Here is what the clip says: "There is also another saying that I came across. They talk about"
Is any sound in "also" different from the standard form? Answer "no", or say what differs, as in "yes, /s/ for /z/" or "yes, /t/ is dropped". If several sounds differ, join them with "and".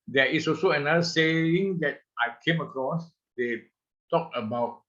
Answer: yes, /l/ is dropped